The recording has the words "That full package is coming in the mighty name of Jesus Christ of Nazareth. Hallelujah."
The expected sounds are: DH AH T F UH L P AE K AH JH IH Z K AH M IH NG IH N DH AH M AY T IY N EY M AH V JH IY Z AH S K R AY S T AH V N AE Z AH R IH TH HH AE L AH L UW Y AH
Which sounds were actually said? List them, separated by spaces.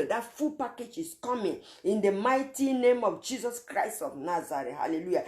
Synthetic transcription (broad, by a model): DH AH T F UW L P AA K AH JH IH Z K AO M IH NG IH N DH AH M AY T IY N EY M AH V JH IY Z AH S K R AY S T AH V N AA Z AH R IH T HH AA L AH L UW Y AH